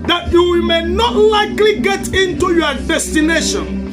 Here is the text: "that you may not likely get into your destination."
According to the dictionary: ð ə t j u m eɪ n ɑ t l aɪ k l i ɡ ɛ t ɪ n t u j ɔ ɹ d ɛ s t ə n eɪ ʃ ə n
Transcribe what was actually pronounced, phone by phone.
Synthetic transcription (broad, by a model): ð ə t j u m eɪ n ɑ t l aɪ k l i ɡ ɛ t ɪ n t u j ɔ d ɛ s t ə n eɪ ʃ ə n